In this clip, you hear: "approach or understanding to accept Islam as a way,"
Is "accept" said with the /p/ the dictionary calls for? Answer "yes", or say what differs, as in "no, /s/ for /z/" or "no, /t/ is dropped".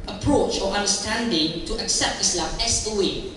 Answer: yes